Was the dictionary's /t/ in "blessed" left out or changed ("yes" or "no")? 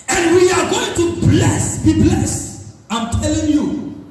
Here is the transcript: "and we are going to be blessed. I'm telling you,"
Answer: yes